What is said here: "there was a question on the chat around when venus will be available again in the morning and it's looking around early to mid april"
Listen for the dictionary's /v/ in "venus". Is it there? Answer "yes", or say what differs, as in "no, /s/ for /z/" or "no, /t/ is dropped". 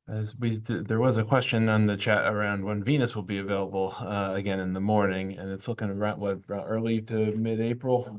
yes